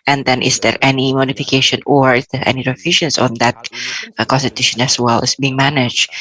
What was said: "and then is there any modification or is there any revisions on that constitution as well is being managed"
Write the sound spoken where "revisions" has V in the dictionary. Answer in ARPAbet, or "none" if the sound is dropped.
F